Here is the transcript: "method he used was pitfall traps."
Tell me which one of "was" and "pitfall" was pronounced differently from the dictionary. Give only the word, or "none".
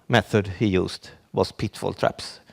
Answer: was